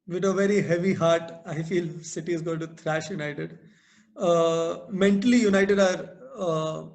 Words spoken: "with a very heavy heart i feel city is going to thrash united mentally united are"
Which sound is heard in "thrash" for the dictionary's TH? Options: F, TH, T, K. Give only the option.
T